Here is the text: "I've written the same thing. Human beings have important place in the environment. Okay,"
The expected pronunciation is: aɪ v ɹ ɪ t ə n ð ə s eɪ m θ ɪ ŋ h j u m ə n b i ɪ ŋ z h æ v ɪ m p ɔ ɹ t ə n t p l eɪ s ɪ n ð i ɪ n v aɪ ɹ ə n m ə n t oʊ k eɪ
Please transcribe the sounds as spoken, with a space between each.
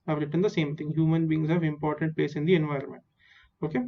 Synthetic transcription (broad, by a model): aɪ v ɹ ɪ t ə n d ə s eɪ m t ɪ ŋ h j u m ə n b i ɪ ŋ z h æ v ɪ m p ɔ ɹ t ə n t p l eɪ s ɪ n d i ɪ n v aɪ ɹ ə n m ə n t oʊ k eɪ